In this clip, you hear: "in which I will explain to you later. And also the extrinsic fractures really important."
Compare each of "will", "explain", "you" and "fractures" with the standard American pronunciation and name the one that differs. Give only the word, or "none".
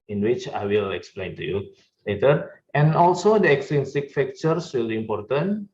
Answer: fractures